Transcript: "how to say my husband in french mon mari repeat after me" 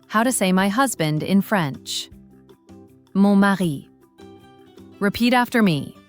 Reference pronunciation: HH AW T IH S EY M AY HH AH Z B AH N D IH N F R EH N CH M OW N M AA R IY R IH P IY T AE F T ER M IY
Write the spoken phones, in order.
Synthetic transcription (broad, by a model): HH AW T IH S EY M AY HH AH Z B AH N D IH N F R EH N CH M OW M AA R IY R IH P IY T AE F T ER M IY